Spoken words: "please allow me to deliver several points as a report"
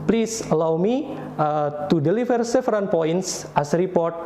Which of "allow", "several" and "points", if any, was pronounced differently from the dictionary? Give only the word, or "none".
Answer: several